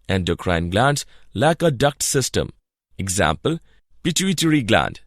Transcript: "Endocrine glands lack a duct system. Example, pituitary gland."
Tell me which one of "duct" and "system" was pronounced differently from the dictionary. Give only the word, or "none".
none